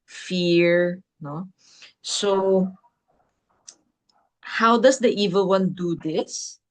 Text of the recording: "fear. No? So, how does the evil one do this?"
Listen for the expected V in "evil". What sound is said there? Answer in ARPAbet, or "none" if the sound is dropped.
V